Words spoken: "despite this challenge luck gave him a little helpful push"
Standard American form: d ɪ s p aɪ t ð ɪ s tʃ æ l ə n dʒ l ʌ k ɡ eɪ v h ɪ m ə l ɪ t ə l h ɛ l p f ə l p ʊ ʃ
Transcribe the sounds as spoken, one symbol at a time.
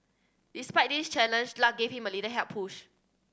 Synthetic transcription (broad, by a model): d ɪ s p aɪ t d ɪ s tʃ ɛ l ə n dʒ l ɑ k ɡ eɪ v h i m ə l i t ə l h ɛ p ə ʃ